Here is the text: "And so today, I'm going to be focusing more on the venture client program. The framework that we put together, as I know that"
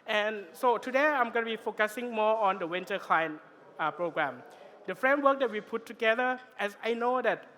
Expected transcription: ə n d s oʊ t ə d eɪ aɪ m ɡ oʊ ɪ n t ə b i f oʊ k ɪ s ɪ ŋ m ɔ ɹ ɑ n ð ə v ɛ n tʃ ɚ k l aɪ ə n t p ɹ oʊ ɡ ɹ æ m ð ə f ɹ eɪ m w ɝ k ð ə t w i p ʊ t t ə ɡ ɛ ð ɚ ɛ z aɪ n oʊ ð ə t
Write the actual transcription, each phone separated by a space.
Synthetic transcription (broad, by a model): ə n s oʊ t ə d eɪ aɪ m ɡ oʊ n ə b i f oʊ k ɪ s ɪ ŋ m ɔ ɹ ɑ n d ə w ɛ n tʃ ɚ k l aɪ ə n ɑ p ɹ oʊ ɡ ɹ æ m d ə f ɹ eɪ m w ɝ k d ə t w i p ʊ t t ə ɡ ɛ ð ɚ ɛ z aɪ n oʊ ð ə t